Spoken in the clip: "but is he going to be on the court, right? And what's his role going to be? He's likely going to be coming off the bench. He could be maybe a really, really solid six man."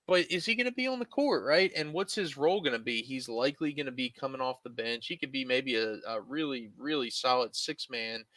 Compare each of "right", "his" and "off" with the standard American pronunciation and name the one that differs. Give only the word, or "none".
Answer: none